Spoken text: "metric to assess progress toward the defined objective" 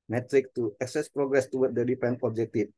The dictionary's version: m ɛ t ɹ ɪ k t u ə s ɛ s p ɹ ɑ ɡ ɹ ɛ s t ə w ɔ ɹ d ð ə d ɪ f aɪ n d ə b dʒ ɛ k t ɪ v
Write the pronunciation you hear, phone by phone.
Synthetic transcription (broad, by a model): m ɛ t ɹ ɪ k t u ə s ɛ s p ɹ ɑ ɡ ɹ ɛ s t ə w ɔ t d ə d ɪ p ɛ n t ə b dʒ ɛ k t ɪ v